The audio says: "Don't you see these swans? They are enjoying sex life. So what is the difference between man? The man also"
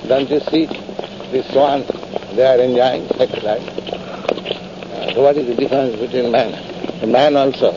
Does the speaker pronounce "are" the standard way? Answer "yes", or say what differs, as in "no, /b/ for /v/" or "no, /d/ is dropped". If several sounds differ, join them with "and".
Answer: yes